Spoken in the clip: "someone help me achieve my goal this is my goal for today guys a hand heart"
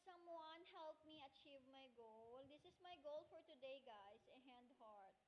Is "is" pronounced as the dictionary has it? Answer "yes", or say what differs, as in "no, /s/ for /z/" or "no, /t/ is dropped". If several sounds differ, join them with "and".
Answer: no, /s/ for /z/